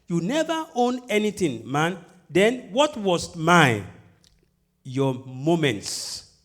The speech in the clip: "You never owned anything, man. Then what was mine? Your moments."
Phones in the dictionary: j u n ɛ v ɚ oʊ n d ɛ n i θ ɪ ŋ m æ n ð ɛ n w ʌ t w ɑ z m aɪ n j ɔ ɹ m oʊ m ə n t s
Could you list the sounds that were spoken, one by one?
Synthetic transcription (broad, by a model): j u n ɛ v ɚ oʊ n ɛ n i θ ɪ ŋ m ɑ n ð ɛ n w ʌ t w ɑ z m aɪ j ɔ m oʊ m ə n t s